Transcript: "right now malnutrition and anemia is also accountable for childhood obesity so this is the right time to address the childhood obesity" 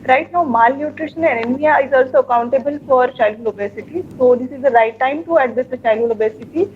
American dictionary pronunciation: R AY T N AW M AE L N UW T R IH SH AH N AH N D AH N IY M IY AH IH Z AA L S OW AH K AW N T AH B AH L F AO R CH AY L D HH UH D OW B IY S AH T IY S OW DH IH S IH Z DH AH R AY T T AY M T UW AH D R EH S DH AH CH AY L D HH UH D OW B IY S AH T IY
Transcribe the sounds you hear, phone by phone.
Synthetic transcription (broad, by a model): R AY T L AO M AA L N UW T R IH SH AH N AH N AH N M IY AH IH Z AA L S OW AH K AW N T AH B AH L F AO R CH AY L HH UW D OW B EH S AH T IY S OW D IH S IH Z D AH R AY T T AY M T UW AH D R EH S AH CH AY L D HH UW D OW B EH S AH T IY